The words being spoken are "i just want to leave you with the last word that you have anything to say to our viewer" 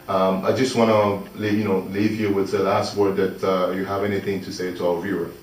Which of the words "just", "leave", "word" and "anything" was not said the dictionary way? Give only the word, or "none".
none